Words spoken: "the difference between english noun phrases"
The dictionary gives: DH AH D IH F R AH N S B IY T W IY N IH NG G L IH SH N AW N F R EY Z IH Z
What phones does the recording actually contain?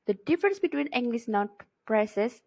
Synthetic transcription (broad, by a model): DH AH D IH F R AH N S B IY T W IY N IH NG G L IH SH N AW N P R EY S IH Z